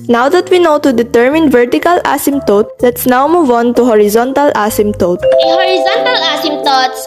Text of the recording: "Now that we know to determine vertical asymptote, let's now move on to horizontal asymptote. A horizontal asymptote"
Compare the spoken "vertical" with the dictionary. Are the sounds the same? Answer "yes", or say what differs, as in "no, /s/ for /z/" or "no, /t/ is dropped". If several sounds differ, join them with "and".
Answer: yes